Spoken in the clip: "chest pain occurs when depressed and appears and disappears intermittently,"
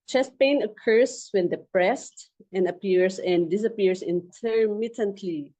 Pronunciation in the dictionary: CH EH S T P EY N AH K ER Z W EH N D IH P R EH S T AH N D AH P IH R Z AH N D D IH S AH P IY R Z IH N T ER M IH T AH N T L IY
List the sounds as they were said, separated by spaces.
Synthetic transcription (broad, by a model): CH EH S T P EY N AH K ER S W EH N D IH P R EH S T AH N D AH P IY R S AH N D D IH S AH P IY R S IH N T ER M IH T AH N T L IY